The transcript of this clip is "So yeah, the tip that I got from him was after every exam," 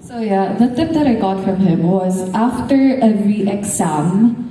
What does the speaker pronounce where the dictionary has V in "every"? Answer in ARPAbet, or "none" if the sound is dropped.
none